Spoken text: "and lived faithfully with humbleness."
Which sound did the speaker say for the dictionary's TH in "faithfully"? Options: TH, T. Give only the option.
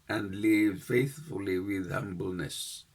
TH